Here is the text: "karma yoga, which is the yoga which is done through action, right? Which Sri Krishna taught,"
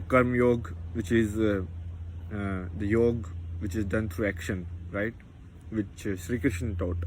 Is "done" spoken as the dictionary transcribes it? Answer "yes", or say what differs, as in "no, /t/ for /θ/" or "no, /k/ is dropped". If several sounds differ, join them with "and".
yes